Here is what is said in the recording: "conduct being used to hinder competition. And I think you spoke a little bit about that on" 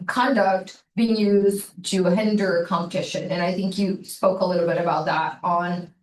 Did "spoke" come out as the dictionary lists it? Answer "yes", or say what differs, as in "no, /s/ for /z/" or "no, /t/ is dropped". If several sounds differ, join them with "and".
yes